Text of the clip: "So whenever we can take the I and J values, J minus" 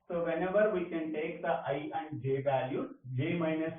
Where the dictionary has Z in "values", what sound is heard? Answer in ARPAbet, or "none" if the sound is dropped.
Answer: none